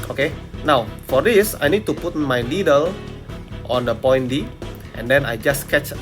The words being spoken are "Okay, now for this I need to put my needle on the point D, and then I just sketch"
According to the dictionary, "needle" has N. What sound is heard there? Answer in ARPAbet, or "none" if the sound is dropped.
L